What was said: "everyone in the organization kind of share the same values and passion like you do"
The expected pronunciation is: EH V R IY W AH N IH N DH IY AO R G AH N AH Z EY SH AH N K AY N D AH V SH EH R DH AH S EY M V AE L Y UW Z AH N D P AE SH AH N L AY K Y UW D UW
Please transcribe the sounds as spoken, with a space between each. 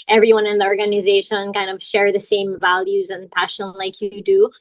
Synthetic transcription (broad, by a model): EH V R IY W AH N IH N DH IY AO R G AH N AH Z EY SH AH N K AY N D AH V SH EH R DH AH S EY M V AE L Y UW Z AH N P AE SH AH N L AY K Y D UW